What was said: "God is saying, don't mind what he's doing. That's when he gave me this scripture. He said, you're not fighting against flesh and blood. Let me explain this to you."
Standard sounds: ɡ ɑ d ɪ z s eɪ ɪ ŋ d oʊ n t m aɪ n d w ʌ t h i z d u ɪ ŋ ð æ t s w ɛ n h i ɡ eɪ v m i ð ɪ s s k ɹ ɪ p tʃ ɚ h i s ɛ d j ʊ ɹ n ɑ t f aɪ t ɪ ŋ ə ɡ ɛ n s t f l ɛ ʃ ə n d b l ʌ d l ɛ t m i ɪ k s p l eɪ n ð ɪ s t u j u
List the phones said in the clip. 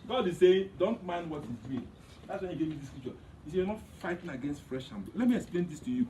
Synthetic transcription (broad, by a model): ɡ ɑ d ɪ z s eɪ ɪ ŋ d oʊ n t m aɪ n d w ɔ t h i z d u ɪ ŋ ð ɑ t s w ɛ n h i ɡ eɪ v m i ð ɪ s s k ɹ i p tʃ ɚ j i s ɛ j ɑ n ɑ t f aɪ t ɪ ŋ ə ɡ ɛ n s t f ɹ ɛ ʃ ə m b ʌ l ɛ t m i ɪ k s p l eɪ n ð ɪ s t u j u